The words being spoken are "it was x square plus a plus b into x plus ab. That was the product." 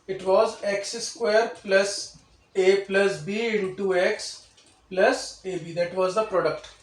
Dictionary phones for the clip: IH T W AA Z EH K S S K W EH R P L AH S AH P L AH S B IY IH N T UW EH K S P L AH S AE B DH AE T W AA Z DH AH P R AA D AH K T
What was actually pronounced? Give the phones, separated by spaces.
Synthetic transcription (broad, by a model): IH T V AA Z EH K S S K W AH R P L AH S AH P L AH S B IY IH T UW EH K S P L AH S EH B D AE T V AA Z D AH P R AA D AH K T